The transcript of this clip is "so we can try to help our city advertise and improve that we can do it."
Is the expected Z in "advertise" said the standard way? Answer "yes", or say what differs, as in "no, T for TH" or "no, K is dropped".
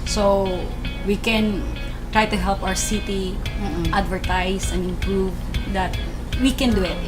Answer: no, S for Z